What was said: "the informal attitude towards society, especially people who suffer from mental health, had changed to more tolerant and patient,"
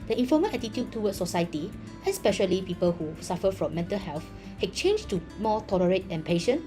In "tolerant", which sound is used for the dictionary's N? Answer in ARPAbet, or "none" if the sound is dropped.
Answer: none